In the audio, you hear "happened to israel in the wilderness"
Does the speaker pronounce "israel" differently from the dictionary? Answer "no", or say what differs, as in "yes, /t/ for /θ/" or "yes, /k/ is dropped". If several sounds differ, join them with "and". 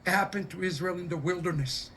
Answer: no